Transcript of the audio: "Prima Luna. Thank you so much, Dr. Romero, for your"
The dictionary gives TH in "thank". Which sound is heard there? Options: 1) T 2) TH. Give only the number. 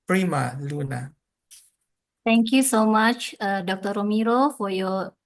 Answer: 1